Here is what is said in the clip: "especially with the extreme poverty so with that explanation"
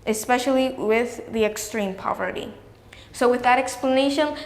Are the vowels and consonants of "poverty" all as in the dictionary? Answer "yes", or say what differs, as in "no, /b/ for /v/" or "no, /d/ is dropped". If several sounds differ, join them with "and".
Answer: yes